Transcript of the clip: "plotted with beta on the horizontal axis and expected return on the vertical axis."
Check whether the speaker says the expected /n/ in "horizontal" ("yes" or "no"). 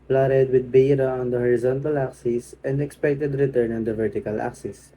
yes